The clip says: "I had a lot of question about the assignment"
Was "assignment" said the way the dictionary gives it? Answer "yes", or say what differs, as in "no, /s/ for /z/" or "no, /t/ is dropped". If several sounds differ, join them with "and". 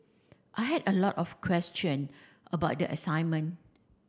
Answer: no, /t/ is dropped